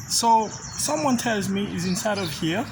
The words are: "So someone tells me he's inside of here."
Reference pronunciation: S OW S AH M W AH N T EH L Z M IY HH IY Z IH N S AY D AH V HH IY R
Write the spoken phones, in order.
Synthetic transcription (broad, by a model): S OW S AH M W AH N T EH L Z M IY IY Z IH N S AY D AH V HH IY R